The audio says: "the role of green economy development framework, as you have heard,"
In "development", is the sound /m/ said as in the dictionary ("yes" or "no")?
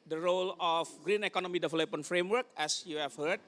no